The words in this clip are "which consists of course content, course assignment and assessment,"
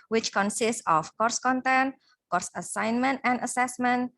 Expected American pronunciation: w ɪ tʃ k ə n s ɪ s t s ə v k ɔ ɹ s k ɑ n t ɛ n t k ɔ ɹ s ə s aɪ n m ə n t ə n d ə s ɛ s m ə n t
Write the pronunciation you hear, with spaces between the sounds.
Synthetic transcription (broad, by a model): w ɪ tʃ k ə n s ɪ s t s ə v k ɔ ɹ s k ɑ n t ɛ n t k ɔ ɹ s ə s aɪ n m ə n t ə n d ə s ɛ s m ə n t